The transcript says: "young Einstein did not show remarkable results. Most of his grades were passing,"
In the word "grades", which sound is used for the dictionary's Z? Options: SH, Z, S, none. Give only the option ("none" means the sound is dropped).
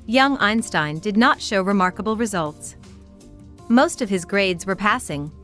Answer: Z